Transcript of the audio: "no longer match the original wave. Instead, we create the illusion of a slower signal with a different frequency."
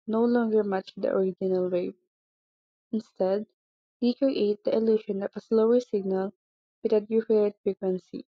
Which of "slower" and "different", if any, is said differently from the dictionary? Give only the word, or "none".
different